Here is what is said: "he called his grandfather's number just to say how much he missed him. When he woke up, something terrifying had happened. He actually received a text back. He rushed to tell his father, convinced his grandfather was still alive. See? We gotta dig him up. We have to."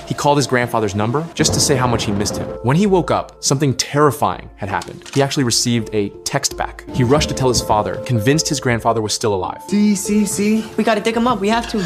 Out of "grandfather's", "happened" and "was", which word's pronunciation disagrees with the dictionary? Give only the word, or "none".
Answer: none